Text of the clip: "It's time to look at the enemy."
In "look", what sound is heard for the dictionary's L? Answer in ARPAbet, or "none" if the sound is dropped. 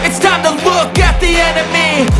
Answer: W